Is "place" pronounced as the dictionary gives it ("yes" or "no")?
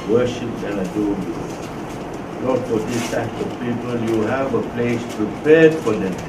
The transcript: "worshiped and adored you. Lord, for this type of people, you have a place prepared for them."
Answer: yes